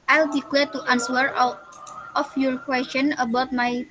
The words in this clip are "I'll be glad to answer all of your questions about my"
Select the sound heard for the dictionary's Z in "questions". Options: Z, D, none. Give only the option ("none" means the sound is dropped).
none